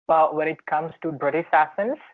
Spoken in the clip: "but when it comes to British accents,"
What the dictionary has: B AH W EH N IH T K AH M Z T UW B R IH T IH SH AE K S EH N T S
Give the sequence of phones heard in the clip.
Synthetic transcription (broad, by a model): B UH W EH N IH T K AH M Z T UW B R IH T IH S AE S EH N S